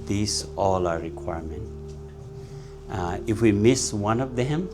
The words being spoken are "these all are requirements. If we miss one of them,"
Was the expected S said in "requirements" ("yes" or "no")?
no